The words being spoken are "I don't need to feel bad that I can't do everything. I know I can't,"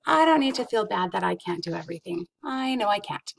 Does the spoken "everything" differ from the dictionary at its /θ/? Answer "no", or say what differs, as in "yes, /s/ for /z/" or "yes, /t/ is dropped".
no